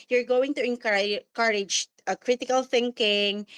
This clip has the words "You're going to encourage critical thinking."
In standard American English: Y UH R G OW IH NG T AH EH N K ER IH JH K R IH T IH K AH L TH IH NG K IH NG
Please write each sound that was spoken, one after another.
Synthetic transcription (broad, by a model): Y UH R G OW IH NG T AH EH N K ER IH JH K R IH T IH K AH L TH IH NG K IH NG